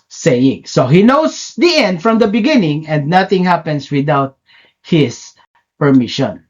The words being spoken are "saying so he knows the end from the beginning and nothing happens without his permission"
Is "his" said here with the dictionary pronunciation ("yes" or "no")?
no